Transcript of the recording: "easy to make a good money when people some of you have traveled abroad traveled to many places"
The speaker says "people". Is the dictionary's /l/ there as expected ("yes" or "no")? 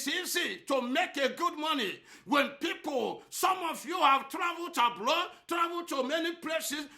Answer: yes